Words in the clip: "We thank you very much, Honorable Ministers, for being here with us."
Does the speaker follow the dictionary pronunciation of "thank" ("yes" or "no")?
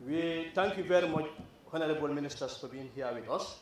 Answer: no